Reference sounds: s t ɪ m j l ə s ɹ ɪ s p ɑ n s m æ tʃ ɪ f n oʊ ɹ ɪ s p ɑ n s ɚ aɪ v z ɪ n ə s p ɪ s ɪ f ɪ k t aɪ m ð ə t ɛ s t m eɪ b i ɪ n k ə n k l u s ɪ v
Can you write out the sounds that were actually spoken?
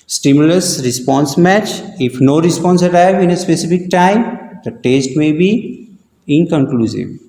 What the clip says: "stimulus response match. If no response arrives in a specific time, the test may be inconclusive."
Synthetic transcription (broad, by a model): s t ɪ m j l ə s ɹ ɪ s p ɑ n s m æ tʃ ɪ f n oʊ ɹ ɪ s p ɑ n s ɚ aɪ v ɪ n ə s p ɪ s ɪ f ɪ k t aɪ m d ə t ɛ s t m eɪ b i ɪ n k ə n k l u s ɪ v